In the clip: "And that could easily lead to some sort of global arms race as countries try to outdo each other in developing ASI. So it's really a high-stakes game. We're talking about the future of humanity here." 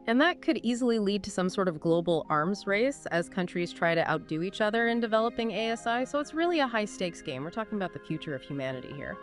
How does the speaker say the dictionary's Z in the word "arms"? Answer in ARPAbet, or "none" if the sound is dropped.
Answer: Z